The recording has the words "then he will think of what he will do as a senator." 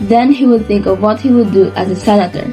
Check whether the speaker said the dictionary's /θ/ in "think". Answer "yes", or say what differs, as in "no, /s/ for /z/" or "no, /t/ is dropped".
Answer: yes